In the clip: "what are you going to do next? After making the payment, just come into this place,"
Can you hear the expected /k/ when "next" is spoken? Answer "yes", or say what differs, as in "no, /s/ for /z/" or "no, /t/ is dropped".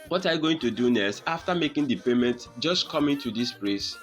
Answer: no, /k/ is dropped